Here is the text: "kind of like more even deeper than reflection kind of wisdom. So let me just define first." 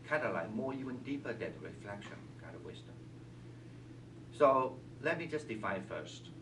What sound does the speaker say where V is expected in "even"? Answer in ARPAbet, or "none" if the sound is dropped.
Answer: none